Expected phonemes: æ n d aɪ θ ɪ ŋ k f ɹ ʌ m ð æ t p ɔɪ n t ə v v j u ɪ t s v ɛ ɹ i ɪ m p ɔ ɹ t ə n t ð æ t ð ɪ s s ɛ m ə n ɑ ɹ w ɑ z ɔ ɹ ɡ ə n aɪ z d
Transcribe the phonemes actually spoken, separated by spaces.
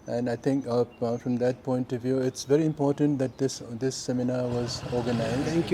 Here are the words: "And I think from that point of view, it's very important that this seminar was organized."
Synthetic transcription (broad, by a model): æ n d aɪ t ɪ ŋ k f ɹ ʌ m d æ t p ɔɪ n t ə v v j u ɪ t s v ɛ ɹ i ɪ m p ɔ ɹ t ə n t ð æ t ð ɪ s s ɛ m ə n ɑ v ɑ z ɔ ɹ ɡ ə n aɪ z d